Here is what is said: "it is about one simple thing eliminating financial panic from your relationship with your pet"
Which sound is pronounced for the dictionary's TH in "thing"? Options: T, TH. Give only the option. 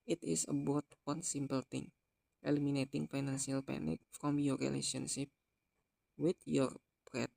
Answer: T